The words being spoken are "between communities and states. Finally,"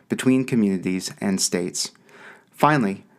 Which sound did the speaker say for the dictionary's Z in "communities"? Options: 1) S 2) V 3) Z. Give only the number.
3